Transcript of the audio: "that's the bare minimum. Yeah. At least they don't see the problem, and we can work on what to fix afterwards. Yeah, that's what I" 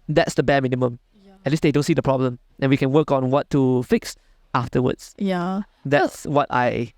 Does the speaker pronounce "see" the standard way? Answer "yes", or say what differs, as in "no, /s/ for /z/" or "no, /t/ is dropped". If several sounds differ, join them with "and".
yes